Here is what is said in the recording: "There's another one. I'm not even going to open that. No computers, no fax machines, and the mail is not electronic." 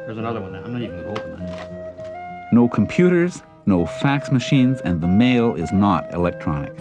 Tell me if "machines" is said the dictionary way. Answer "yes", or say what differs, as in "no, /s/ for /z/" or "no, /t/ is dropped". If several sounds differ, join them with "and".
yes